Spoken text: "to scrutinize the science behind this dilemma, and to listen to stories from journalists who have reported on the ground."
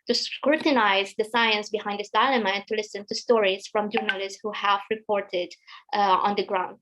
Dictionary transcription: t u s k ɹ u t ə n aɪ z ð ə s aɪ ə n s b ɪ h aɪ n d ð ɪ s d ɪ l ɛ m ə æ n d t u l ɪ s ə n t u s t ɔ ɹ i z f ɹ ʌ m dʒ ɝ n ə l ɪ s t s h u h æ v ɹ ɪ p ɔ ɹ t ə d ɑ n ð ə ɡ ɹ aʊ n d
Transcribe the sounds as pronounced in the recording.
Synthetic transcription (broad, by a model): t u s k ɹ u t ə n aɪ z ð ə s aɪ ə n s b ɪ h aɪ n d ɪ s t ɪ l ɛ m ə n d t u l ɪ s ə n t u s t ɔ ɹ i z f ɹ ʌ m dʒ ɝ n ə l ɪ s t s h u h æ v ɹ ɪ p ɔ ɹ t ə d ɑ n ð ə ɡ ɹ aʊ n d